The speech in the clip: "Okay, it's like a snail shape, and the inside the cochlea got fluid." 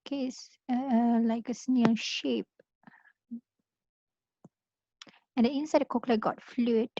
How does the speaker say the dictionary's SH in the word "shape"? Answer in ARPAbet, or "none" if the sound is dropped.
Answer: SH